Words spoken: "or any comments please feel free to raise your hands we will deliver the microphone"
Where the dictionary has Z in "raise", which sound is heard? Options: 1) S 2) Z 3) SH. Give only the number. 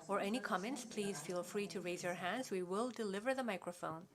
2